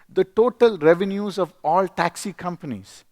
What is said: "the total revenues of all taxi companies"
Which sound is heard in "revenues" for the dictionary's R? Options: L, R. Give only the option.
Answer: R